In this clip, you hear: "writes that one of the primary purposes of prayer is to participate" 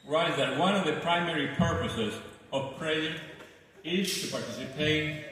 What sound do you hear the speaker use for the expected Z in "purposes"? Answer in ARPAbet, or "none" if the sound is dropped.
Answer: Z